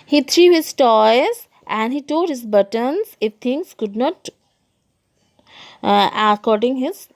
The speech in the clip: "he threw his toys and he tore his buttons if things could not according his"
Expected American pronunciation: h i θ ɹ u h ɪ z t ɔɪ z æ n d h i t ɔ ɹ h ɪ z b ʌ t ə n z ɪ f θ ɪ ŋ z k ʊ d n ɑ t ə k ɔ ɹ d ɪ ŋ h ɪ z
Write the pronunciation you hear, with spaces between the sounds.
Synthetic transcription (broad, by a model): h i t ɹ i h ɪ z t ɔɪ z æ n d h i t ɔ l h ɪ z b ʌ t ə n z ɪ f t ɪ ŋ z k ʊ d n ɑ t ə k ɔ ɹ d ɪ ŋ h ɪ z